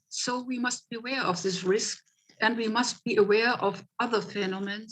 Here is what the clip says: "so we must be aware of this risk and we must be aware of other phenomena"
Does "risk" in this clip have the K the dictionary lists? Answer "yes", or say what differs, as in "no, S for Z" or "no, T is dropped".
yes